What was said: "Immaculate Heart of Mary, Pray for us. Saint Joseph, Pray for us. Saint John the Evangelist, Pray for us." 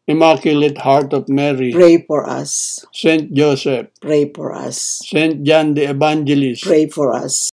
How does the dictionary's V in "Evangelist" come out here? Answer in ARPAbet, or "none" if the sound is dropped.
B